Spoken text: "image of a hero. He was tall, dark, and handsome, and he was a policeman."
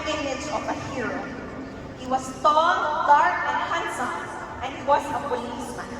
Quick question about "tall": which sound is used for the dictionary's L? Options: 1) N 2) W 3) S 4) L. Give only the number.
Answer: 1